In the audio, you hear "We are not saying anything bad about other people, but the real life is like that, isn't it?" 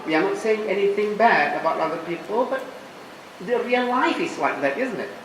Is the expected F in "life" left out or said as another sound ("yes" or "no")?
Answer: no